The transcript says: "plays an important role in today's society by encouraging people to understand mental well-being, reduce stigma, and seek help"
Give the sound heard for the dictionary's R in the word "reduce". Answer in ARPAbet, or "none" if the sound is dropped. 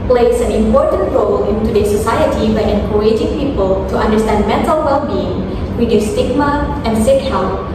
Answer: W